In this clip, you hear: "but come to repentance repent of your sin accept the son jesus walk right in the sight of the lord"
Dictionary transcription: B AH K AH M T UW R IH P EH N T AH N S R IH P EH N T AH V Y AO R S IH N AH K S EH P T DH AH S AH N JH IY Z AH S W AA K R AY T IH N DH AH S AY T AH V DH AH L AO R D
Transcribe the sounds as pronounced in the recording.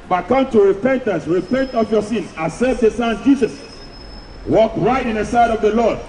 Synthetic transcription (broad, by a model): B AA K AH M T UW R IH P EH N T AH N S R IH P EH N T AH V Y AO S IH N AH S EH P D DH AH S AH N JH IY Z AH S W AA K R AY T IH N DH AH S AY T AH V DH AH L AO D